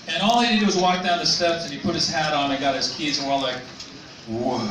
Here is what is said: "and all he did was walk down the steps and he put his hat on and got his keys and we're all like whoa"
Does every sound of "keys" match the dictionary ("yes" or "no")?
yes